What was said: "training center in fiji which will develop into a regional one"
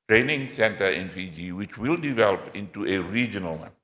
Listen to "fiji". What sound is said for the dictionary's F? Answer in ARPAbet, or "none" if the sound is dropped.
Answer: P